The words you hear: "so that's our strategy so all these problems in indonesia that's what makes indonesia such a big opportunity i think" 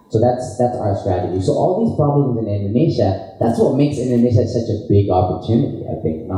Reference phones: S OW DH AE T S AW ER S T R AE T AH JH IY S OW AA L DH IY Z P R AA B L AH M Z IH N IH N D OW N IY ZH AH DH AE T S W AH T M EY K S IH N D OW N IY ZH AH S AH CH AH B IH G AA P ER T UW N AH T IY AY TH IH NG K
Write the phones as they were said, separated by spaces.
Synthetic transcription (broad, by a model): S OW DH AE T S AW ER S T R AE T AH JH IY S OW AA L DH IY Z P R AA B L AH M Z IH N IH N D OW N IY SH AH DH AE T S W AH T M EY K S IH N D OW N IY SH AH S AH CH AH B IH G AA P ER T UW N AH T IY AY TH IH NG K